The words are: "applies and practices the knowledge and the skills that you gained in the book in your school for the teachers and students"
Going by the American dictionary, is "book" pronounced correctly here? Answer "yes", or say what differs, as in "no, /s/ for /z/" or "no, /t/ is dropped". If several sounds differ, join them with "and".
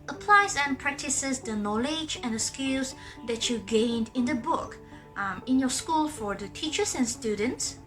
yes